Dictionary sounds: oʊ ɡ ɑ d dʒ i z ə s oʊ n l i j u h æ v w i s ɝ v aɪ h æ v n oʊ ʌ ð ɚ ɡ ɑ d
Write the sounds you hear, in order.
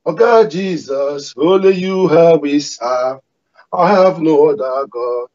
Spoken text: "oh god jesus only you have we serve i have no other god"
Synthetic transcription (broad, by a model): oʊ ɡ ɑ dʒ i z ə s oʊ l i j u h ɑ w i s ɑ aɪ h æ v n oʊ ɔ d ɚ ɡ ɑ